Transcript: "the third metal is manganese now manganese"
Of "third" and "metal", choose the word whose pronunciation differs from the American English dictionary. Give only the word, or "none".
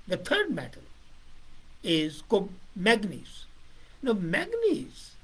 third